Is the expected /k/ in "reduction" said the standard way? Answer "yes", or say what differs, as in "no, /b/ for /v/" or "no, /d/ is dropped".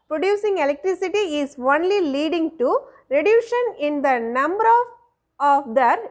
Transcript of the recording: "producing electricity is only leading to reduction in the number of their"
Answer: no, /k/ is dropped